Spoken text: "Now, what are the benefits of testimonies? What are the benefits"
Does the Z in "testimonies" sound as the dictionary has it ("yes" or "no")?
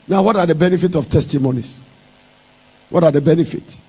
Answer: no